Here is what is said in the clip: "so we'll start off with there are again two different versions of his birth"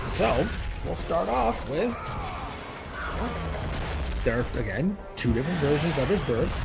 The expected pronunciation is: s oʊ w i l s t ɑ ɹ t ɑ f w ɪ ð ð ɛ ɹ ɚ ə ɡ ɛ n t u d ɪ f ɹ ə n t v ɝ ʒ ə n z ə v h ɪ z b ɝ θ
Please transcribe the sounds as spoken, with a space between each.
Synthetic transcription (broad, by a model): s oʊ w i l s t ɑ ɹ t ɑ f w ɪ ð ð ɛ ɹ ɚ ə ɡ ɛ n t u d ɪ f ɹ ə n t v ɝ ʒ ə n z ə v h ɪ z b ɝ θ